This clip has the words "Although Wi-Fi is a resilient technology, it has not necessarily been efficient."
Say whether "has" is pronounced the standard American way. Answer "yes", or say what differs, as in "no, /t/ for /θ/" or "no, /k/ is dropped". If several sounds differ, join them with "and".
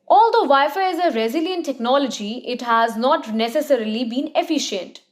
yes